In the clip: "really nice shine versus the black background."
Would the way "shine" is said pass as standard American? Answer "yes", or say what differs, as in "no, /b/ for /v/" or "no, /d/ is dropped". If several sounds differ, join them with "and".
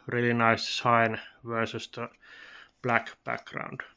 no, /s/ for /ʃ/